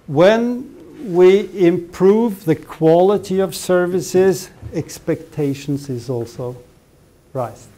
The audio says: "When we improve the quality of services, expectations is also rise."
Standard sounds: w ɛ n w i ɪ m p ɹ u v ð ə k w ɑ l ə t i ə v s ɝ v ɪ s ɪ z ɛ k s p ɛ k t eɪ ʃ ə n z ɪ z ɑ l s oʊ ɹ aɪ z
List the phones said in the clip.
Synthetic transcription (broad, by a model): w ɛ n w i ɪ m p ɹ u v ð ə k w ɑ l ə t i ə v s ɝ v ɪ s ɪ z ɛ k s p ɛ k t eɪ ʃ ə n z ɪ z ɑ l s oʊ ɹ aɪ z